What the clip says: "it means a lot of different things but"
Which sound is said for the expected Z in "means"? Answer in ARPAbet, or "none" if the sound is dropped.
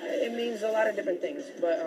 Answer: Z